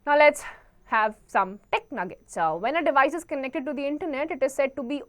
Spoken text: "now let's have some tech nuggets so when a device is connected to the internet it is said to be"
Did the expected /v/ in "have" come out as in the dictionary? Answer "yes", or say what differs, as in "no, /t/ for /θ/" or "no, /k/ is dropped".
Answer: yes